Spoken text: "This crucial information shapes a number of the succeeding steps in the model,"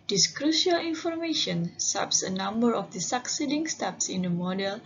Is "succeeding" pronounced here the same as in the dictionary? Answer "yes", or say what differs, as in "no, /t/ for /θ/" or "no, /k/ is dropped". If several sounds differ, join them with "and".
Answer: yes